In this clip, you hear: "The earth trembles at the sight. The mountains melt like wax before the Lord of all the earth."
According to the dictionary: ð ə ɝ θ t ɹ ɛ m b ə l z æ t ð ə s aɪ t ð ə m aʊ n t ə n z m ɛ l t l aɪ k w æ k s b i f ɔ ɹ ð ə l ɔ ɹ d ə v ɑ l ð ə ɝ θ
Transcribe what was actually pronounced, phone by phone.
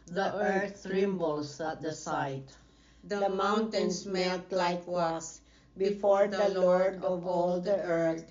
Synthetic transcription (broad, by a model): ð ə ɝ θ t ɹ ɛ m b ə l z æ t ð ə s aɪ t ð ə m aʊ n t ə n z m ɛ l t l aɪ k w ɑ s b i f ɔ ɹ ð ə l ɔ ɹ d ə v ɑ l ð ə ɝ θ